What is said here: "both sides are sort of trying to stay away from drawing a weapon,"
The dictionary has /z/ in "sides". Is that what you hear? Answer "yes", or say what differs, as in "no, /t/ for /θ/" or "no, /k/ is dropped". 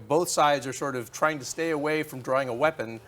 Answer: yes